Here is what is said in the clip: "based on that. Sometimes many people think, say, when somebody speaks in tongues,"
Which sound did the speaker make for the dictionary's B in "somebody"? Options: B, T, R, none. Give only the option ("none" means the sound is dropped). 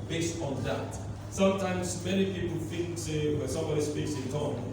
B